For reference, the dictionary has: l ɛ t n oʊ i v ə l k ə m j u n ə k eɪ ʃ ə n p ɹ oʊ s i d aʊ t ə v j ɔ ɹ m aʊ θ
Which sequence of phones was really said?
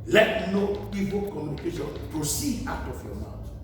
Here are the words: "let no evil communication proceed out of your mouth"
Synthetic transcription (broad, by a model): l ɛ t n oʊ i p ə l k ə m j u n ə k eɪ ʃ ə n p ɹ oʊ s i d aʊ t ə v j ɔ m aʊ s